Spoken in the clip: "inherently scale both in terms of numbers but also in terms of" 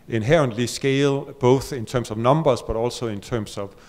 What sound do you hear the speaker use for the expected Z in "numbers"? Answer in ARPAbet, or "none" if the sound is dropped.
S